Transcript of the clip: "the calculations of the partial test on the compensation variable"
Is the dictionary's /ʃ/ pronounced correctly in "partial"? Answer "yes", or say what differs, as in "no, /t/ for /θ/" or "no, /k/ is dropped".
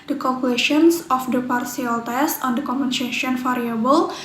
no, /s/ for /ʃ/